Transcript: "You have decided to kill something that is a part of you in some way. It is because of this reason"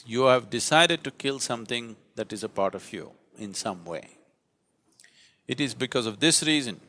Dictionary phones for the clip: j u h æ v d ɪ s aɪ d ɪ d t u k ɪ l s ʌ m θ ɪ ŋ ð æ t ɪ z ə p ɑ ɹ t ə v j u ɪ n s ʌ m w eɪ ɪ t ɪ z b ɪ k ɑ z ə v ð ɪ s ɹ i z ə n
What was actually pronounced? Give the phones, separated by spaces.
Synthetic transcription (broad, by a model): j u h æ v d ɪ s aɪ d ɪ d t u k ɪ l s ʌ m t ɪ ŋ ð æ t ɪ z ə p ɑ ɹ t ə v j u ɪ n s ʌ m w eɪ ɪ t ɪ z b ɪ k ɑ z ə v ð ɪ s ɹ i z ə n